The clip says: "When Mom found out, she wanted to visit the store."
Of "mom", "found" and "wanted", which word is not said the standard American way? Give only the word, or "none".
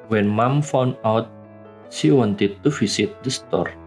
found